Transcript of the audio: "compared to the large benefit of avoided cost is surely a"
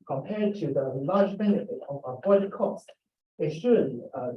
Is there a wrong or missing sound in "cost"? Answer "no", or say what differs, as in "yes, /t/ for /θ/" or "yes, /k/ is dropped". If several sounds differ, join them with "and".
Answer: no